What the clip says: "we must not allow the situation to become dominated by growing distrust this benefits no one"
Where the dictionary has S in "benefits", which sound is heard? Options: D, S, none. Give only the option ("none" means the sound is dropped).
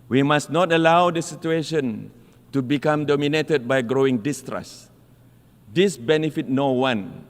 none